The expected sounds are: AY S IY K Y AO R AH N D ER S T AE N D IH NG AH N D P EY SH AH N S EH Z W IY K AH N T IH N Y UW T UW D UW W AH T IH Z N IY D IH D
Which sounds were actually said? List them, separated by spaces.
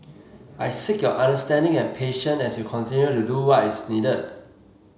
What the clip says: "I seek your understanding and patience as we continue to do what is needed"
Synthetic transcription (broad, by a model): AY S IY K Y AO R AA N D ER S T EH N D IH NG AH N P EY SH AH N EH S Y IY K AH N T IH N Y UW T UW D UW W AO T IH S N IY D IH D